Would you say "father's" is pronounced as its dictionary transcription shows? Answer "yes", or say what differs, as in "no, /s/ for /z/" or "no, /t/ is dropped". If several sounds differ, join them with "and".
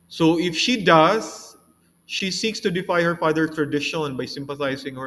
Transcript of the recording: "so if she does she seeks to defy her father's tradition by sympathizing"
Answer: no, /z/ is dropped